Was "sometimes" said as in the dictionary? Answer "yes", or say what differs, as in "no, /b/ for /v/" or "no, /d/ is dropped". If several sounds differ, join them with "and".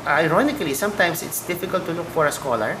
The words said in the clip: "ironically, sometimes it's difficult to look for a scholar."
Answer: no, /s/ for /z/